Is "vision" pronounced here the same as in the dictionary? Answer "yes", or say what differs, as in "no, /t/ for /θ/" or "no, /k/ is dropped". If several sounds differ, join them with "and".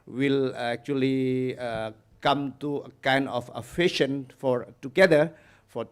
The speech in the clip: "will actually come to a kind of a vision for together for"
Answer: no, /f/ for /v/ and /ʃ/ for /ʒ/